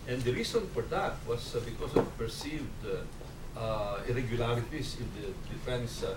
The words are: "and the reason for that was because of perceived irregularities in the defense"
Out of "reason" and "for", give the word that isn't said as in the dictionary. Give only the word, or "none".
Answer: reason